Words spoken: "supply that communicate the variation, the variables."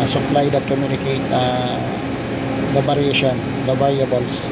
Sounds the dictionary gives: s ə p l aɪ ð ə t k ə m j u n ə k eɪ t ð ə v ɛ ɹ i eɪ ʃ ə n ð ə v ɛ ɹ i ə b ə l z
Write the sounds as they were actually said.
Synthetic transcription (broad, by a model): s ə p l aɪ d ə t k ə m j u n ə k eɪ t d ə b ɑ ɹ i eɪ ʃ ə n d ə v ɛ ɹ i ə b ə l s